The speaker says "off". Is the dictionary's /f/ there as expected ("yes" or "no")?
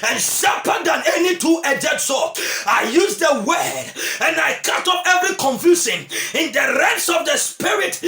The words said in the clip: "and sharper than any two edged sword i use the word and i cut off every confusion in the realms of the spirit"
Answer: no